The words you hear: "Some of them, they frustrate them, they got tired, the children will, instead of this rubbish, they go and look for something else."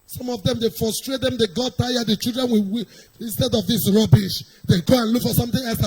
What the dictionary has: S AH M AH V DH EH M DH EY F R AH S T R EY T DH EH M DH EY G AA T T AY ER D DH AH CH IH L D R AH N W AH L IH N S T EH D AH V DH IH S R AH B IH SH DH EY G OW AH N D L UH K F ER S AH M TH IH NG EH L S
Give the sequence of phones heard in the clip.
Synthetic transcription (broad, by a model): S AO M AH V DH EH M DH EY F R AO S T R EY T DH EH M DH EY G AA T T AY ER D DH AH CH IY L D R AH N W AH W IH N S T EH D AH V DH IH S R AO B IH SH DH EY G OW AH N L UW K F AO S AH M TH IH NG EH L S